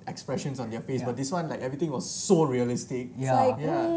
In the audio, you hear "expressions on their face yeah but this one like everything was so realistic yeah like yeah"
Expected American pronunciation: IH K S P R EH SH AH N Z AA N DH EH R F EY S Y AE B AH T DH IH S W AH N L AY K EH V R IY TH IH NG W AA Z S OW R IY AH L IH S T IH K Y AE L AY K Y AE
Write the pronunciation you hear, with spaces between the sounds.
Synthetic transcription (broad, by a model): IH K S P R EH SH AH N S AA N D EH F EY S B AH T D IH S W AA N L AY K EH V R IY T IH NG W AA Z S OW R IY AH L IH S T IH K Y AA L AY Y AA